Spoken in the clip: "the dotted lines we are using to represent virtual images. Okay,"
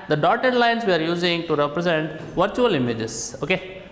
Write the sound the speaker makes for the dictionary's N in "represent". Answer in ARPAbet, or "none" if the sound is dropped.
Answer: N